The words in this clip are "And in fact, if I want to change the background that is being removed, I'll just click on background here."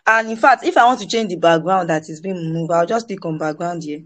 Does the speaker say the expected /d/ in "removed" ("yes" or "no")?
no